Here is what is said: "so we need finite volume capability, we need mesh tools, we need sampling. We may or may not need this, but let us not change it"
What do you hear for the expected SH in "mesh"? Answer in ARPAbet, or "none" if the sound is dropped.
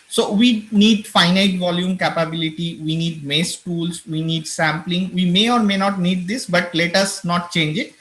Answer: S